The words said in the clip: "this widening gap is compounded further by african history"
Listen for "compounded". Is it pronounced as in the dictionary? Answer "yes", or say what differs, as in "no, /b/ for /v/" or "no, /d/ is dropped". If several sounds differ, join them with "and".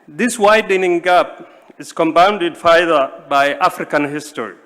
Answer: yes